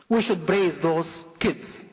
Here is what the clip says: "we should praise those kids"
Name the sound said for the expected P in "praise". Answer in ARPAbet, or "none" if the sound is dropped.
B